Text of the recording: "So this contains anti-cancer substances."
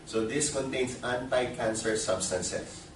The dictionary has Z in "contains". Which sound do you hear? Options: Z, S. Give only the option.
S